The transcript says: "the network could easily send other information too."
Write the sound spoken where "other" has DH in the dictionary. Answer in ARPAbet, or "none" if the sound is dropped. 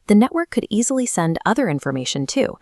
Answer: DH